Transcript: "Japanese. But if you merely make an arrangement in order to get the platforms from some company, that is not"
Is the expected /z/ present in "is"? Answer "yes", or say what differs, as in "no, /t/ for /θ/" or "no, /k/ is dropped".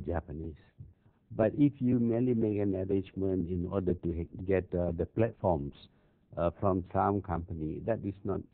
no, /s/ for /z/